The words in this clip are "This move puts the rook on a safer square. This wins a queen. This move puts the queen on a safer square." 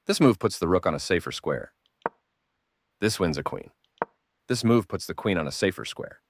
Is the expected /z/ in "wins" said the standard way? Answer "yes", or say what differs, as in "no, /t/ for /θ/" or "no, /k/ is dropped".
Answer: yes